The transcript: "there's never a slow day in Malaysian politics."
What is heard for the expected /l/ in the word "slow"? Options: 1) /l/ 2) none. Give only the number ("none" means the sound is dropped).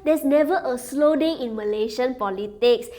1